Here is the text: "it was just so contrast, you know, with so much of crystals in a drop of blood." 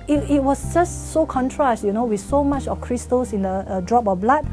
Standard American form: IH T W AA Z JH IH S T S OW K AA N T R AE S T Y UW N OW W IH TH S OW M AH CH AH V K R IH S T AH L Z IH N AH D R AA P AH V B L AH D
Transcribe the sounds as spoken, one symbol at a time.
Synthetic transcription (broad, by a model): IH T W AA S JH IH S T S OW K AA N T R AE S T Y UW N OW W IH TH S OW M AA CH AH F K R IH S T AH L S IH N AH D R AA P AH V B L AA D